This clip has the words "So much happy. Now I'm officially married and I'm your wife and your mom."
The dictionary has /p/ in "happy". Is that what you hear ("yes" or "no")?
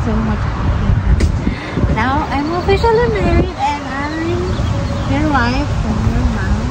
no